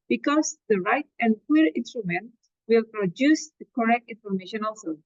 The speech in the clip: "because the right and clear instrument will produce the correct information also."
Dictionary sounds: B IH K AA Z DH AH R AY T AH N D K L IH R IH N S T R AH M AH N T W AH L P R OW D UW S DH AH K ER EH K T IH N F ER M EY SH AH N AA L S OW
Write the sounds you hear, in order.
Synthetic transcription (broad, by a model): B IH K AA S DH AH R AY T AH N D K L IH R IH N S T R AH M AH N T W AH L P R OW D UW S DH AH K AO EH K T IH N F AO M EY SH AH N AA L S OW